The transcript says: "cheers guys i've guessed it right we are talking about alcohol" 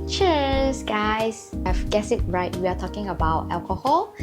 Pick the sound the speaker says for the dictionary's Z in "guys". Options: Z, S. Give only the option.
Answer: S